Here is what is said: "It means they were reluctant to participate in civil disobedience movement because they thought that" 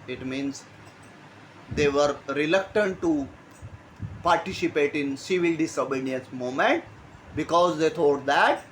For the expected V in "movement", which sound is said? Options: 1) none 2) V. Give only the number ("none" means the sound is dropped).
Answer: 1